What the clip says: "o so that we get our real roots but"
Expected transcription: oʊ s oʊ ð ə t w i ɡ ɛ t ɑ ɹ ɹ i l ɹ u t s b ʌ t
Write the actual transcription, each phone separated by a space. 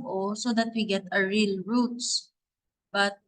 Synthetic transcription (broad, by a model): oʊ s oʊ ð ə t w i ɡ ɛ t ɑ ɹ ɹ i l ɹ u t s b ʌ t